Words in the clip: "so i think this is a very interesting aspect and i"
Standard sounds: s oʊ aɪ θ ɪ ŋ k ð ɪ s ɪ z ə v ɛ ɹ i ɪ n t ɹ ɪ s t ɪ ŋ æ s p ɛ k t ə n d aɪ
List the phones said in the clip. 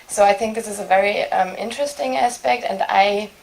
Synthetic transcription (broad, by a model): s oʊ aɪ θ ɪ ŋ k ð ɪ s ɪ z ə v ɛ ɹ i ɪ n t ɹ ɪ s t ɪ ŋ æ s p ɛ k t ə n d aɪ